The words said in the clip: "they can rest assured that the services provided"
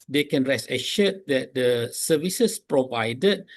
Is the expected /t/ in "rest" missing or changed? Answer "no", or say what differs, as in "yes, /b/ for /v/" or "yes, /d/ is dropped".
yes, /t/ is dropped